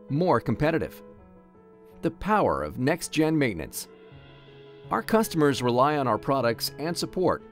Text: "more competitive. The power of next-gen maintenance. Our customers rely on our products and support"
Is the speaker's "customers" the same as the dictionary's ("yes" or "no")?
yes